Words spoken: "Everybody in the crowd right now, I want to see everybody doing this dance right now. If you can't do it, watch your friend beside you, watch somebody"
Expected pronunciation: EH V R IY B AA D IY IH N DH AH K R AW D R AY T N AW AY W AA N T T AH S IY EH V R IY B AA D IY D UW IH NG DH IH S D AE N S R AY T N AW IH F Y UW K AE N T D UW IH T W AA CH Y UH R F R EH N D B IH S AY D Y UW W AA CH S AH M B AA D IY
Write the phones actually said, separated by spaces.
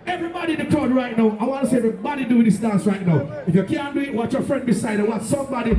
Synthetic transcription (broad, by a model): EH V R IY B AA D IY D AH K AO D R AY T N AW AY W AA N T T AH S IY EH V R IY B AA D IY D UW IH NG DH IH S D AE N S R AY T N AW IH F Y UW K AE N D UW IH T W AA CH Y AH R F R EH N D B IH S AY D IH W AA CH S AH M B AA D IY